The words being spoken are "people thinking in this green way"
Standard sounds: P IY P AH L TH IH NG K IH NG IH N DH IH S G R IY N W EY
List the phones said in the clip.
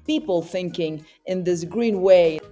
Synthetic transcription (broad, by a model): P IY P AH L TH IH NG K IH NG IH N DH IH S G R IY N W EY